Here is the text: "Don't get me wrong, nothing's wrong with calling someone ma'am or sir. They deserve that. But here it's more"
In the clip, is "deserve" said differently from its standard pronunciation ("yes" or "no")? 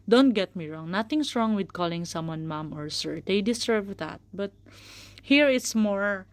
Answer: yes